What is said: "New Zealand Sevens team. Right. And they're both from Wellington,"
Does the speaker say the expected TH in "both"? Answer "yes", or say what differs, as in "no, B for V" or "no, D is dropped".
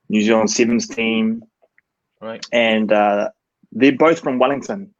yes